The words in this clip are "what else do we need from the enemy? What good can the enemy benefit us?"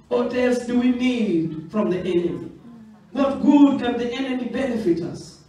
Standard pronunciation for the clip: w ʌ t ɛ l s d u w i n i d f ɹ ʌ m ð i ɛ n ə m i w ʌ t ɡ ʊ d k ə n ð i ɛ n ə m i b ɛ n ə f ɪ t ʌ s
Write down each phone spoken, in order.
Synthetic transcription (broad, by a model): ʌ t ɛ s d u w i n i d f ɹ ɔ m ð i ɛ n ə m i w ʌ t ɡ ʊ d k ə n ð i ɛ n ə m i b ɛ n ə f ɪ t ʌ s